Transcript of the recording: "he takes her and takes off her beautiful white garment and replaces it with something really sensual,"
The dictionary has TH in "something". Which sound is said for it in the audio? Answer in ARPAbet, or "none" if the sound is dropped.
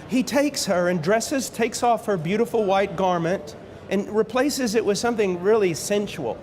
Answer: TH